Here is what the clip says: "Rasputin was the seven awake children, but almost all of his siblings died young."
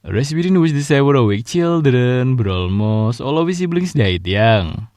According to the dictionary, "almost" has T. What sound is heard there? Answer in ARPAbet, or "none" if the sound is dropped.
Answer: none